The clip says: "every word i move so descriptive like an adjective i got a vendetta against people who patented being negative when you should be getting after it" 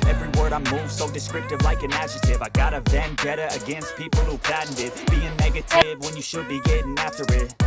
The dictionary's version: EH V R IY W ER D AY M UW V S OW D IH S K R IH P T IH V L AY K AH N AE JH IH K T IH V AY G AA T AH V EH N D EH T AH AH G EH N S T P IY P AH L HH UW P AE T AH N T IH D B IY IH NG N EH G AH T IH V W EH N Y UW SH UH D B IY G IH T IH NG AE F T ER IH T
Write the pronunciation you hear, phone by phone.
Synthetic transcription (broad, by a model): EH V R IY W ER D AY M UW V S OW D IH S K R IH P T IH V L AY K AH N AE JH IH T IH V AY G AA T AH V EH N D EH T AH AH G EH N S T P IY P L HH UW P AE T N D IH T B IY IH NG N EH G AH T IH V W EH N Y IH SH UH D B IY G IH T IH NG AE F T ER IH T